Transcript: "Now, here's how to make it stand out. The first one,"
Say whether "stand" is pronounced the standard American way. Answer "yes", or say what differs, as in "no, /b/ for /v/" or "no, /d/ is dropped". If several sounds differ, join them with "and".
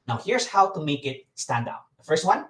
yes